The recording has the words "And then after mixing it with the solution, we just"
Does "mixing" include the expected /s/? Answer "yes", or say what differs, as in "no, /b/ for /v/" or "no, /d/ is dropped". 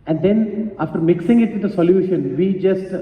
yes